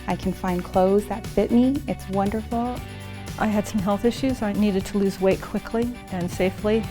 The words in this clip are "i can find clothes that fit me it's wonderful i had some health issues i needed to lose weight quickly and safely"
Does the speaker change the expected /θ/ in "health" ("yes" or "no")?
no